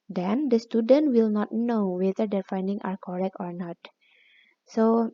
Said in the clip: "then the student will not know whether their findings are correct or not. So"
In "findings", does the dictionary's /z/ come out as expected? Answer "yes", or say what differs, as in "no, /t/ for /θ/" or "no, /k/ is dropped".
no, /z/ is dropped